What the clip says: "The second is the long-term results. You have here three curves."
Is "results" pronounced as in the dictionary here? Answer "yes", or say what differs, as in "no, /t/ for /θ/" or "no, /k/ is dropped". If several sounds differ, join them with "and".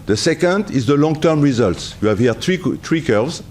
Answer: yes